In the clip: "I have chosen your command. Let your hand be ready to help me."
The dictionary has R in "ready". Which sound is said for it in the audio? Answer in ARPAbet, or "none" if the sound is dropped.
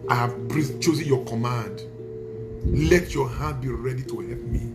R